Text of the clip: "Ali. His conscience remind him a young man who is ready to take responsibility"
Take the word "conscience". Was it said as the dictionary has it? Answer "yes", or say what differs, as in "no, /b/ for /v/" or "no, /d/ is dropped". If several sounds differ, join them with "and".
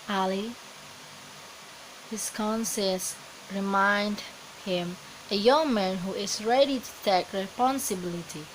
no, /s/ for /ʃ/ and /n/ is dropped